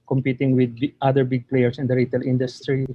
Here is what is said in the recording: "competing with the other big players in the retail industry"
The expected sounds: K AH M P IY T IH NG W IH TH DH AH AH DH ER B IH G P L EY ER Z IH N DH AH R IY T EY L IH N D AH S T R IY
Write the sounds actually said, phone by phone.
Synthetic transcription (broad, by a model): K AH M P IY T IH NG W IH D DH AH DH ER B IH G P L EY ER S IH N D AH R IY T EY L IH N D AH S T R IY